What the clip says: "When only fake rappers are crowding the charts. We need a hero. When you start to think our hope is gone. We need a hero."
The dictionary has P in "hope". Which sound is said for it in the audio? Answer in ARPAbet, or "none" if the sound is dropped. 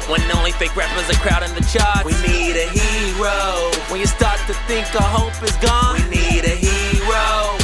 P